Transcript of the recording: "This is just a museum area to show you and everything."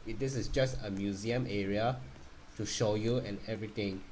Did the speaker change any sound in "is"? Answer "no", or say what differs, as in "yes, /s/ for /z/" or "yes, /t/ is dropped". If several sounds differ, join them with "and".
yes, /s/ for /z/